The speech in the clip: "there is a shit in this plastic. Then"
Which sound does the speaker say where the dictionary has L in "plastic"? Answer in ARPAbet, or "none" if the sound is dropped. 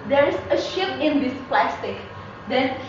L